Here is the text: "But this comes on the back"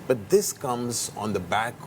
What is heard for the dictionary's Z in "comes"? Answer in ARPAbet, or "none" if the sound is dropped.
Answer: Z